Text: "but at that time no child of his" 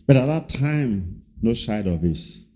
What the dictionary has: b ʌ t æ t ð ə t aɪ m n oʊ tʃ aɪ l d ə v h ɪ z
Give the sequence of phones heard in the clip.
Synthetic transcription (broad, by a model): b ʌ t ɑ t ð ə t aɪ m n oʊ ʃ aɪ d ə v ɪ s